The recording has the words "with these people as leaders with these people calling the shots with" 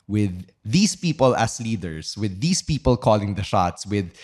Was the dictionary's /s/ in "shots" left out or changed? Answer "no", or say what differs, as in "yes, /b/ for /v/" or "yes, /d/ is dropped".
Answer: no